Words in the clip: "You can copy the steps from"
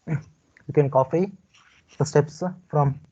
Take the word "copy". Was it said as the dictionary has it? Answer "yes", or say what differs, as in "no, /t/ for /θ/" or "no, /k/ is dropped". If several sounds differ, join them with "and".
no, /f/ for /p/